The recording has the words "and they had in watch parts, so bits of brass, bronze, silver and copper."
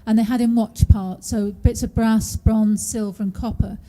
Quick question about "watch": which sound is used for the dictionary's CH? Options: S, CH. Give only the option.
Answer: CH